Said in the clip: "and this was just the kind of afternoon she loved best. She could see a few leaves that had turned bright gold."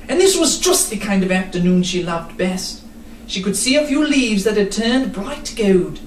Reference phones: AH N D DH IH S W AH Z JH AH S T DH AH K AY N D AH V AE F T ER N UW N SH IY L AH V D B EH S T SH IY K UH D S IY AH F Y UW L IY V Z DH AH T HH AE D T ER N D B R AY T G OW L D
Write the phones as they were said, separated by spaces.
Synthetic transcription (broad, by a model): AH N DH IH S W AH Z JH AH S T DH AH K AY N D AH V AE F T ER N UW N SH IY L AH V D B EH S T SH IY K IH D S IY AH F Y UW L IY V Z DH AH T HH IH D T ER N B R AY T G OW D